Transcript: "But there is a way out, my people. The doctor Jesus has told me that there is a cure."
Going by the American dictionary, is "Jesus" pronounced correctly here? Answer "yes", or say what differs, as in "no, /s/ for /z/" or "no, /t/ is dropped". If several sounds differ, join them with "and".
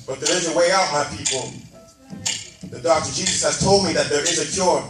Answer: yes